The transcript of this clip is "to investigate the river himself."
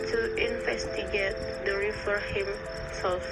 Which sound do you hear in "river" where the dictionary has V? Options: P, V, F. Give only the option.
F